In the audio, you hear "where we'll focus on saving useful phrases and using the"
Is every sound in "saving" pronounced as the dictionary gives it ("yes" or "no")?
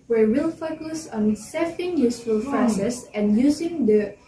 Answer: no